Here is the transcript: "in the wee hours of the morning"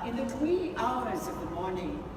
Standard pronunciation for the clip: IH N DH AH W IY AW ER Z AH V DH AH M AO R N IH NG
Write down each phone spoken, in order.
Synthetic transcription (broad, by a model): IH N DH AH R IY AW ER Z AH V DH AH M AO R N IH NG